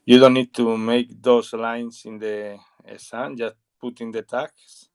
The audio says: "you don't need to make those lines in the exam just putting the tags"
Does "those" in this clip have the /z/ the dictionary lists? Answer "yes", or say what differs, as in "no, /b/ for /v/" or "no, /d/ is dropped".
no, /s/ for /z/